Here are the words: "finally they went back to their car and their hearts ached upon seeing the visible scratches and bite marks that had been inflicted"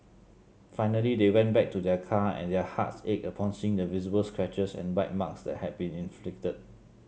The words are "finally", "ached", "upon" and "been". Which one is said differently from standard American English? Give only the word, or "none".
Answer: ached